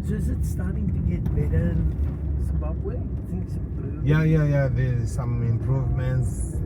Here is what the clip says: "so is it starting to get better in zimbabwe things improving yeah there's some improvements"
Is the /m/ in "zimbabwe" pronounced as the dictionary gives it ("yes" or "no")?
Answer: no